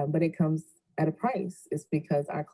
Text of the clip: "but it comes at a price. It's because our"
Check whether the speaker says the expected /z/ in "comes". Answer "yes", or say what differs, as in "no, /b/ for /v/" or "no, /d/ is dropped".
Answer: yes